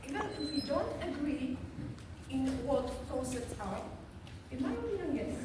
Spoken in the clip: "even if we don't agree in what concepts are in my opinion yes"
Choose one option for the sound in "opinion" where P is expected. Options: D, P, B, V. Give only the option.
B